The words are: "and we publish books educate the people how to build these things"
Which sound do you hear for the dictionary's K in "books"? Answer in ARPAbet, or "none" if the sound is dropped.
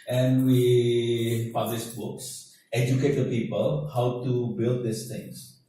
K